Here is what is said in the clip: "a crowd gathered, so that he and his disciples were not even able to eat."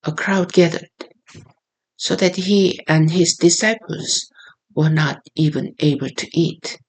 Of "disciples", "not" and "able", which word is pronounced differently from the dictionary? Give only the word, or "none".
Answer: none